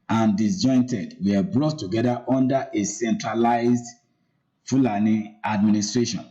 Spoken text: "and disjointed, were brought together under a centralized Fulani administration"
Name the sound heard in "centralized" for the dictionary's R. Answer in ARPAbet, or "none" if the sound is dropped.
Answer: R